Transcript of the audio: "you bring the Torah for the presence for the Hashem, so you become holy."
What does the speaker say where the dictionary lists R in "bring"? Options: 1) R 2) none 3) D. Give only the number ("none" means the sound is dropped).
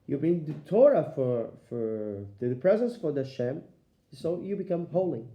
2